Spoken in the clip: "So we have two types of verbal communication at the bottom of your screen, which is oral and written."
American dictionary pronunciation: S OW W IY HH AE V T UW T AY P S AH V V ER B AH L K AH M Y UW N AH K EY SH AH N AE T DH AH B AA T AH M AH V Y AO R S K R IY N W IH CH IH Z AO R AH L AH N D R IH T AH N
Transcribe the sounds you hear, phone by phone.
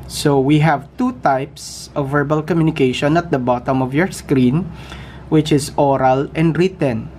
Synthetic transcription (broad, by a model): S OW W IY HH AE V T UW T AY P S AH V V ER B AH L K AH M Y UW N AH K EY SH AH N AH T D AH B AA T AH M AH V Y AO R S K R IY N W IH CH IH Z AO R AH L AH N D R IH T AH N